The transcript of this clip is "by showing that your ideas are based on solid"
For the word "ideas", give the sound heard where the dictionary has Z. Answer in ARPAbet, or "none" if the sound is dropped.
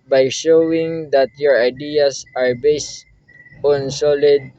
S